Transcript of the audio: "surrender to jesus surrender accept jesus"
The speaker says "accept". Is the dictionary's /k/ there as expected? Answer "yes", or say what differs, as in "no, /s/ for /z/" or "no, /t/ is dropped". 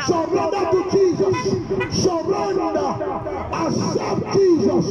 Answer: no, /k/ is dropped